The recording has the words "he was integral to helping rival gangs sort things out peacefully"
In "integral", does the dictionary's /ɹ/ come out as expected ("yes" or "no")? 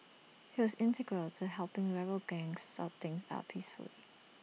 yes